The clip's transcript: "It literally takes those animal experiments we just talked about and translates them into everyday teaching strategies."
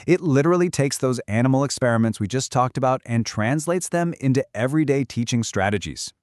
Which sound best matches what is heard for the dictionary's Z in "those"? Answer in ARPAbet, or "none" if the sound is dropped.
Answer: Z